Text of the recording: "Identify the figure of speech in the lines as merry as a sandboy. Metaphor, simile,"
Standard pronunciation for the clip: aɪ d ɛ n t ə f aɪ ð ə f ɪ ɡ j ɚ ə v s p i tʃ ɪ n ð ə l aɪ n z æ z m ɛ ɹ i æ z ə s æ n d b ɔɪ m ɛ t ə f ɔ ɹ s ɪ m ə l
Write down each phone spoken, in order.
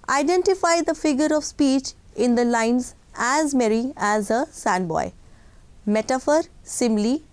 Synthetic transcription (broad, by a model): aɪ d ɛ n t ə f aɪ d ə f ɪ ɡ j ɚ ə v s p i tʃ ɪ n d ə l aɪ n z æ z m ɛ ɹ i æ z ə s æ n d b ɔɪ m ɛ t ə f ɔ ɹ s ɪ m l